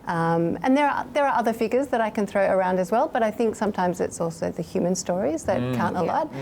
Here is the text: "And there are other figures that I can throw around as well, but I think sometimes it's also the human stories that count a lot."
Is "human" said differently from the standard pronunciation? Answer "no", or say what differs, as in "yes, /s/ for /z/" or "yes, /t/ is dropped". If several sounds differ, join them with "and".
no